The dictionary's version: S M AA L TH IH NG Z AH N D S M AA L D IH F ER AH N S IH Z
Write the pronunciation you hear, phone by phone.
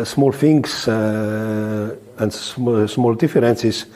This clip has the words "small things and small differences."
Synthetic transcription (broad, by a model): S M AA L F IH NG S AH N D S M AA L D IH F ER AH N S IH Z